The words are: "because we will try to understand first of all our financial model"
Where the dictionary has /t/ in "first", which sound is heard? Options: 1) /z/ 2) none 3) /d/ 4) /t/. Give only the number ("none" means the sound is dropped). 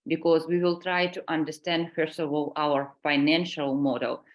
2